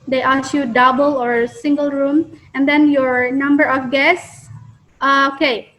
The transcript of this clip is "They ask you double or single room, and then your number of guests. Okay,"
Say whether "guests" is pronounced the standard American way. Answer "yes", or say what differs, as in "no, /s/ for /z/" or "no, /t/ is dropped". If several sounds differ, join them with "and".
no, /s/ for /t/